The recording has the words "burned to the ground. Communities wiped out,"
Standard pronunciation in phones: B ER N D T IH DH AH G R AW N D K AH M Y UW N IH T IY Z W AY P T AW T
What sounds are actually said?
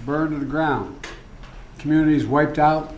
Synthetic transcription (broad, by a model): B ER N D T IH DH AH G R AW N D K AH M Y UW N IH T IY Z W AY P T AW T